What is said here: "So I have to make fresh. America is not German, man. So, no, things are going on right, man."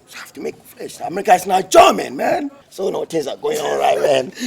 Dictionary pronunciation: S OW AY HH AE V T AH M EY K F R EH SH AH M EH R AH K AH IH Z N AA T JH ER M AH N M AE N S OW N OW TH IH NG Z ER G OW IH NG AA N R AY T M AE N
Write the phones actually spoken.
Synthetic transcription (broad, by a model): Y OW HH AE F T AH M EY K F L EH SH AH M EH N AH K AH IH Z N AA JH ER M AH N M AE N S OW N OW T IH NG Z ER G OW IH NG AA L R AY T M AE N